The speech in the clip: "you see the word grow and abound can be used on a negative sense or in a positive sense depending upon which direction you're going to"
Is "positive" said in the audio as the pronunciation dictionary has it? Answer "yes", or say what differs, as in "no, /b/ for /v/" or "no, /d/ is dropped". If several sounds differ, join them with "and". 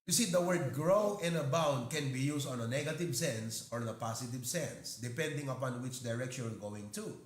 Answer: no, /s/ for /z/